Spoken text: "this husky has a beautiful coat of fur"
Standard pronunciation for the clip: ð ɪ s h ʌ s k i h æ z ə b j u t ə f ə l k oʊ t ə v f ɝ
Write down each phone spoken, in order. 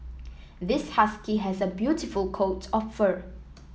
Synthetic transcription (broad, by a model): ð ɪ s h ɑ s k i h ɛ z ə b j u t ə f ə l k oʊ t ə p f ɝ